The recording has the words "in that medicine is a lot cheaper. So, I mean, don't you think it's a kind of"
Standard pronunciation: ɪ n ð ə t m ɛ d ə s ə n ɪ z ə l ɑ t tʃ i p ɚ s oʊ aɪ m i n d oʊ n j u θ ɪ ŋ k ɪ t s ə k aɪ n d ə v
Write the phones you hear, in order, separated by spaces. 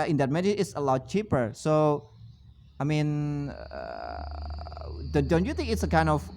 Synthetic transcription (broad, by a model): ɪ n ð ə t m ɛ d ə ə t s ə l ɑ t tʃ i p ɚ s oʊ aɪ m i n d oʊ n j u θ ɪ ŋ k ɪ t s ə k aɪ n d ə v